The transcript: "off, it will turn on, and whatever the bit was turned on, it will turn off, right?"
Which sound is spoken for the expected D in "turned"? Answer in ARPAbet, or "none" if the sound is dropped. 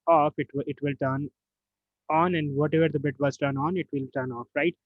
none